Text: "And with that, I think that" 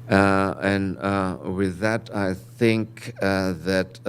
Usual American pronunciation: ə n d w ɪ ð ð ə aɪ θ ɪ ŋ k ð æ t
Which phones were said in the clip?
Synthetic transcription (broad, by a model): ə n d w ɪ ð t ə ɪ θ ɪ ŋ k ð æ t